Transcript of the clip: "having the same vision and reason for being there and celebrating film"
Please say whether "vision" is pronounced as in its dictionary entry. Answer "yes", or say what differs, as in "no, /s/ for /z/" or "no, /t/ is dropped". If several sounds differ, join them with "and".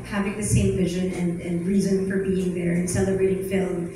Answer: yes